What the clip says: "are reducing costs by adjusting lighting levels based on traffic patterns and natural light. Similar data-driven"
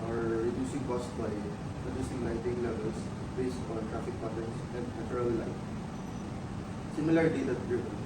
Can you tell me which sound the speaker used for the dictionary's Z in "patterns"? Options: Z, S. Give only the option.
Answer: S